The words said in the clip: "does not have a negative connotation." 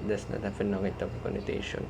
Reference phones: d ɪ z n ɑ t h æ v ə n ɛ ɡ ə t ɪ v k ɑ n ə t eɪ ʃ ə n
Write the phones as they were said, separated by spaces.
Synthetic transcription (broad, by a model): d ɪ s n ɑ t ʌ f ə n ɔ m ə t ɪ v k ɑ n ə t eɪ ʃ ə n